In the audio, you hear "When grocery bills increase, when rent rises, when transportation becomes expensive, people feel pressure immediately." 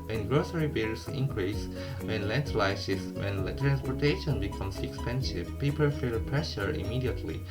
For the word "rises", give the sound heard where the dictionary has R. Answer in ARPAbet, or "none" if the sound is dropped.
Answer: L